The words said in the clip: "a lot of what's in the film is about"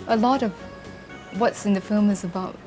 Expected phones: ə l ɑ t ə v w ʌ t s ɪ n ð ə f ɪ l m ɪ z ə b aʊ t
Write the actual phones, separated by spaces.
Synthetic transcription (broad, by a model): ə l ɑ t ə v w ʌ t s ɪ n ð ə f ɪ l m ɪ z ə b aʊ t